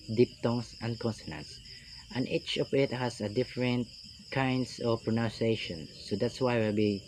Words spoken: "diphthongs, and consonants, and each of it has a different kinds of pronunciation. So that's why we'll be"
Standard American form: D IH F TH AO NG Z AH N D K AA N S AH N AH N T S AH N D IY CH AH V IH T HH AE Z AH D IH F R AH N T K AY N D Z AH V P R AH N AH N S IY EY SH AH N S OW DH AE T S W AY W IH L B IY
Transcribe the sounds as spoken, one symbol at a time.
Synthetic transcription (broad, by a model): D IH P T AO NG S AH N D K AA N S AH N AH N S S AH N IY CH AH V IH T HH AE S AH D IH F R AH N T K AY N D S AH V P R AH N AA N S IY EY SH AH N S OW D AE T S W AY W IH L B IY